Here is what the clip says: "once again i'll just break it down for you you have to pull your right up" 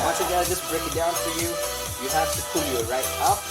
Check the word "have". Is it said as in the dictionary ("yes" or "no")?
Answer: no